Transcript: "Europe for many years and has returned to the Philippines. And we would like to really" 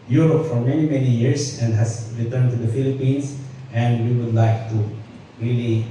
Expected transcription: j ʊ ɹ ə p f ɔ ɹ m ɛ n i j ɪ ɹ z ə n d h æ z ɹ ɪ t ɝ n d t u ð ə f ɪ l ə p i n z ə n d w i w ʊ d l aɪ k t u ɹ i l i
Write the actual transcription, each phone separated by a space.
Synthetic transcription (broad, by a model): j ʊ ɹ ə p f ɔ ɹ m ɛ n i j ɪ ɹ s ə n d h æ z ɹ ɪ t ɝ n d t u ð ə f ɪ l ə p i n s ə n d w i w ʊ d l aɪ k t u ɹ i l i